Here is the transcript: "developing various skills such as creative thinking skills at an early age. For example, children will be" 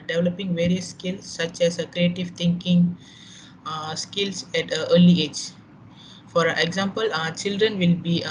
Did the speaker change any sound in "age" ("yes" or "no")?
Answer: no